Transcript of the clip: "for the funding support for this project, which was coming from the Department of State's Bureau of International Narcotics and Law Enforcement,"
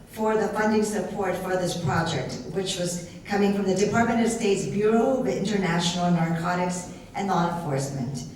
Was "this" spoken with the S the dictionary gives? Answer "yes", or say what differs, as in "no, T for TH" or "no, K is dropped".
yes